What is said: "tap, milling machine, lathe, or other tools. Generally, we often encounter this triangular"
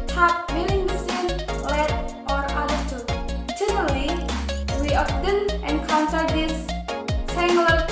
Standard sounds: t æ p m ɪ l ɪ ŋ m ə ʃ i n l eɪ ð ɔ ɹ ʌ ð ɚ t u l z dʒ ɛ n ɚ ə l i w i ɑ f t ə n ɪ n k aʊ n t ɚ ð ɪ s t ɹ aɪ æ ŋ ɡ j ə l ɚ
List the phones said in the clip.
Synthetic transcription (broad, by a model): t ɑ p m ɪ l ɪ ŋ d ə s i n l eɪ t ɔ ɹ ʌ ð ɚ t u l dʒ ɛ n ɚ ə l i w i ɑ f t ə n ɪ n k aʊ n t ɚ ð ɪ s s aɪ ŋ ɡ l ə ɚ